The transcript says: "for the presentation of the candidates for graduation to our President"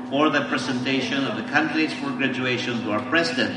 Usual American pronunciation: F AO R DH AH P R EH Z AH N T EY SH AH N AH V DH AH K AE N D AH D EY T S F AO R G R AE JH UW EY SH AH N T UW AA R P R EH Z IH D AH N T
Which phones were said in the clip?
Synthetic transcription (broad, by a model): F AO R DH AH P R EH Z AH N T EY SH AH N AH V DH AH K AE N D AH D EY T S F AO R G R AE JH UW EY SH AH N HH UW AA R P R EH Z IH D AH N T